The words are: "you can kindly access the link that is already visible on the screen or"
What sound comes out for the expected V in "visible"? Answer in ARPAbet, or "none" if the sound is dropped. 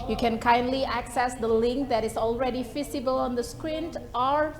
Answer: F